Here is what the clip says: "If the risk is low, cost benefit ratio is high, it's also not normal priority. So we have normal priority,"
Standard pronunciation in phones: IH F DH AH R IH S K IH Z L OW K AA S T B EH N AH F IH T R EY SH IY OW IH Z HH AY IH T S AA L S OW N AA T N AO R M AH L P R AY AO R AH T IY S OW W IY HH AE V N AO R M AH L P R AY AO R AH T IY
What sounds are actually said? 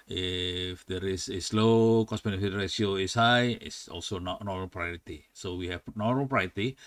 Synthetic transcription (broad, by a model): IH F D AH R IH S IH S L OW K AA S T B EH N AH F IH T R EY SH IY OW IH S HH AY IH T S AA L S OW N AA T N AO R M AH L P R AY AO R AH T IY S OW W IY HH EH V N AO R M AH L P R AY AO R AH T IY